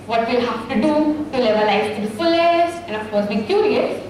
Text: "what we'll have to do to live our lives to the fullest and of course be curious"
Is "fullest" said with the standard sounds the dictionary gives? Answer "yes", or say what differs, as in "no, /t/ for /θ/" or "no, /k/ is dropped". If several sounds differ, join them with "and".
no, /t/ is dropped